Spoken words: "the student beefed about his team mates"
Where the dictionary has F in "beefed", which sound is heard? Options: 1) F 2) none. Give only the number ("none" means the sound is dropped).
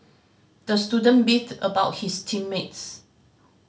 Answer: 2